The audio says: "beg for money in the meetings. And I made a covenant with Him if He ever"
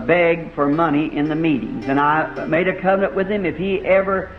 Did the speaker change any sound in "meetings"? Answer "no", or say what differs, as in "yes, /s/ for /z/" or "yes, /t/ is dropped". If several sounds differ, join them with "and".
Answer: no